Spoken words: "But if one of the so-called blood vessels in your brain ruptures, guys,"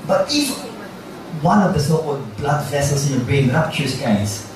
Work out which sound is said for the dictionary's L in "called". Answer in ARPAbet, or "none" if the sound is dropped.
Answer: none